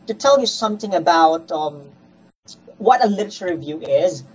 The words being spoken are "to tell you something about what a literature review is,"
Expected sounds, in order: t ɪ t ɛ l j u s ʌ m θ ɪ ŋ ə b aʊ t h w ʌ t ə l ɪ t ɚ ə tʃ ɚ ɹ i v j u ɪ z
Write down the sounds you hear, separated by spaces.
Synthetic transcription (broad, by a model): t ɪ t ɛ l j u s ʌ m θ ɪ ŋ ə b aʊ t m w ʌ t ə l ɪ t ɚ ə ɚ ɹ i v j u ɪ z